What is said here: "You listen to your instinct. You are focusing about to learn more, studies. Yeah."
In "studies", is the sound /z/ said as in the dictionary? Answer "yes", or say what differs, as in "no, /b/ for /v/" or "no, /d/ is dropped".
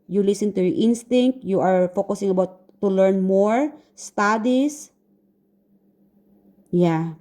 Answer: no, /s/ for /z/